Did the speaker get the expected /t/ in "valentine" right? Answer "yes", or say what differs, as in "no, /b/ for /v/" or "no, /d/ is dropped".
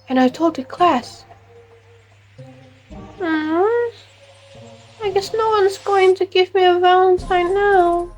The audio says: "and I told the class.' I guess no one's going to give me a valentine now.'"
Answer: no, /s/ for /t/